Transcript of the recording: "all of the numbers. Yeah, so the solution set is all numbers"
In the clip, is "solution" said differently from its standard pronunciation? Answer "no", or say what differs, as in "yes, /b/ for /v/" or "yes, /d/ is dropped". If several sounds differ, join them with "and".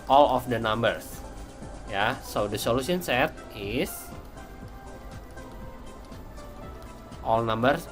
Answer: yes, /s/ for /ʃ/